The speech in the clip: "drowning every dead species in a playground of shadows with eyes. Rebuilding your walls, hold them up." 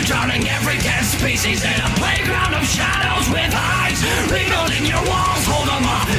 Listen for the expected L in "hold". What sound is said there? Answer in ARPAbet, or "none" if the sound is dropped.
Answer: L